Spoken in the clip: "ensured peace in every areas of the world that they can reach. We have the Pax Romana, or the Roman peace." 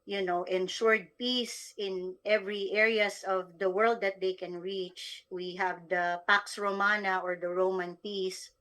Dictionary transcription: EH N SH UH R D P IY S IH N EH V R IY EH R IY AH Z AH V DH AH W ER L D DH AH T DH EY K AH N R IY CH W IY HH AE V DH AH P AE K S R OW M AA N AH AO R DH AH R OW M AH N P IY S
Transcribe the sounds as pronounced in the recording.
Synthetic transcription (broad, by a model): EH N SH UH R D P IY S IH N EH V R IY EH R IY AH S AH V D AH W ER L D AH T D EY K AH N R IY CH W IY HH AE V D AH P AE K S R OW M AA N AH AO R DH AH R OW M AH N P IY S